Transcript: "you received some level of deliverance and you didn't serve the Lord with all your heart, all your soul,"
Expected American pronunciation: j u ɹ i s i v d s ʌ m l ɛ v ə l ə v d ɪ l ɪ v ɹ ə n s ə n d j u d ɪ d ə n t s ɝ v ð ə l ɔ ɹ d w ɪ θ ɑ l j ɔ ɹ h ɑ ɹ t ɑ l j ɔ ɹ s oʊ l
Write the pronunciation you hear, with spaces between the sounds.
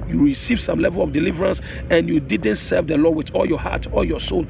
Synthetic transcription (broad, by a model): j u ɹ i s i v s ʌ m l ɛ v ə l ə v d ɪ l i v ɹ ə n s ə n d j u d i d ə n t s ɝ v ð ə l ɔ w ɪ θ ɑ l j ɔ h ɑ t ɑ l j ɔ s oʊ l